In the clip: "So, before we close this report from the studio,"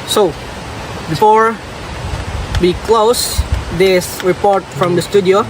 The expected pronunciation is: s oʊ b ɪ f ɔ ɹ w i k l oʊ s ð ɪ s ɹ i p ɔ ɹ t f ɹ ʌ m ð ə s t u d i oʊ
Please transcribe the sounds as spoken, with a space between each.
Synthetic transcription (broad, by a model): s oʊ b ɪ f ɔ ɹ w i k l oʊ s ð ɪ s ɹ i p ɔ ɹ t f ɹ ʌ m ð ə s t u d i oʊ